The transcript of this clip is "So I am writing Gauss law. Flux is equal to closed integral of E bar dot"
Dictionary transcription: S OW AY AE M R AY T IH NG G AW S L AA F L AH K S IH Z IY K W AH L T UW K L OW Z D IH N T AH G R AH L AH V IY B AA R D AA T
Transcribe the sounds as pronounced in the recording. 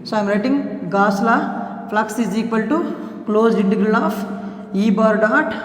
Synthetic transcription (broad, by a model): S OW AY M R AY T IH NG G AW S L AA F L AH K S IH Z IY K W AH L T UW K L OW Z IH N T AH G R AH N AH F IY B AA R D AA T